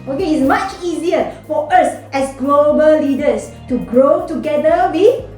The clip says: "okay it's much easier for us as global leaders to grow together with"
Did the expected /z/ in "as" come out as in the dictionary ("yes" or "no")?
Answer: no